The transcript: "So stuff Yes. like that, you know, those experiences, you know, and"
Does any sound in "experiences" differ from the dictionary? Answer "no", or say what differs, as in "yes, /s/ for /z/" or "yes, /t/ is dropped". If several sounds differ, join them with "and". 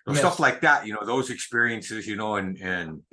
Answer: no